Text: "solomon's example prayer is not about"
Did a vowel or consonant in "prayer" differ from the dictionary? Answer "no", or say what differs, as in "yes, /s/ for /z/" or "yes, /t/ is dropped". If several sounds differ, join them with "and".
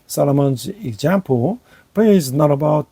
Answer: yes, /ɹ/ is dropped